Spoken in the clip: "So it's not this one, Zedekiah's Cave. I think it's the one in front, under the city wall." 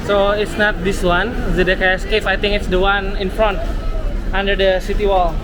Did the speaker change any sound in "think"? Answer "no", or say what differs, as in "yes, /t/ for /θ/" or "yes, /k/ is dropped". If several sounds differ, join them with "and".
yes, /t/ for /θ/